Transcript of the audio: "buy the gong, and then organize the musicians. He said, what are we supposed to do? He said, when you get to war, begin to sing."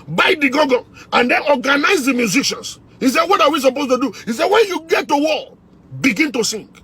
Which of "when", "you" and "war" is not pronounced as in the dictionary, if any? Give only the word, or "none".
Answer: war